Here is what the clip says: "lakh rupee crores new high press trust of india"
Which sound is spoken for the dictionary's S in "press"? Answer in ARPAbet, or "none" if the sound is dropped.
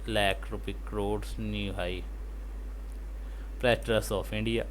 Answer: none